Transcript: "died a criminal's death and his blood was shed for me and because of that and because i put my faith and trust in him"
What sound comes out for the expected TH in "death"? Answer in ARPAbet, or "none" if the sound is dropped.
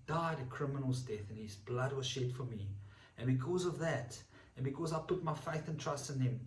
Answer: TH